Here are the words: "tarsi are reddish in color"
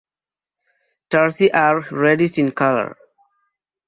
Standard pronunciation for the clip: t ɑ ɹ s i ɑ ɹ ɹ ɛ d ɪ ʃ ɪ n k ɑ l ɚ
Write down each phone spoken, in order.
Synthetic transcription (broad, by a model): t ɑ ɹ s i ɑ ɹ ɹ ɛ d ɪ s ɪ n k ɑ l ɚ